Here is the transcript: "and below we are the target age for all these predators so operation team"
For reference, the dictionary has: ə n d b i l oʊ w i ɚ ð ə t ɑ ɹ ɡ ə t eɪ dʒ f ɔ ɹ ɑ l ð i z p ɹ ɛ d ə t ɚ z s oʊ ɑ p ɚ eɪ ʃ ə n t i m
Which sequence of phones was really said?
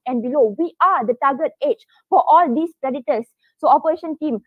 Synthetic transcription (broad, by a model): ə n b i l oʊ w i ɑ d ə t ɑ ɡ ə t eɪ tʃ f ɔ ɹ ɑ l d i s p ɹ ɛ d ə t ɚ s oʊ ɑ p ɚ eɪ ʃ ə n t i m